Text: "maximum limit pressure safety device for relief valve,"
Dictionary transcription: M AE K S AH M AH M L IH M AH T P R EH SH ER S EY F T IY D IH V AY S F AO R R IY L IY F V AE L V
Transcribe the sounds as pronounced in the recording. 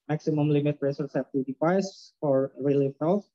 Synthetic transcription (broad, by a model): M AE K S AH M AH M L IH M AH T R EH S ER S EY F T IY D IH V AY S F AO R R IY L IY F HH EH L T